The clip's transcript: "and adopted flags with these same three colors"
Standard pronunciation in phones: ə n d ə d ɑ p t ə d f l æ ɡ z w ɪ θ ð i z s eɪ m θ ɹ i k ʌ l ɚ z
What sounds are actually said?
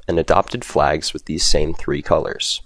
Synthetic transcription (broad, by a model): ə n ə d ɑ p t ə d f l æ ɡ z w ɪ ð i z s eɪ m θ ɹ i k ʌ l ɚ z